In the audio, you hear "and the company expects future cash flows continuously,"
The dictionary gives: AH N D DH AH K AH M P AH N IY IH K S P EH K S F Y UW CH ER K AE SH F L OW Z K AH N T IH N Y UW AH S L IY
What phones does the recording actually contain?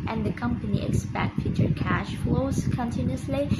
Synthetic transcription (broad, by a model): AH N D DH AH K AH M P AH N IY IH K S P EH K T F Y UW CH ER K AE SH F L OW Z K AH N T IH N Y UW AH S L IY